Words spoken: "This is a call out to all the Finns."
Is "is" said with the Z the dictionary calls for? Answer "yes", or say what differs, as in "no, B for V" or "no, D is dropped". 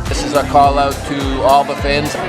yes